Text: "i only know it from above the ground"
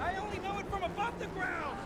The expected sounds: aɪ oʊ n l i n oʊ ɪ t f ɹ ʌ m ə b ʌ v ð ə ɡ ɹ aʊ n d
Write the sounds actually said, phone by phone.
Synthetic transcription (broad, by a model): aɪ oʊ n l i n oʊ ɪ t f ɹ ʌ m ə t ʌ p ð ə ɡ ɹ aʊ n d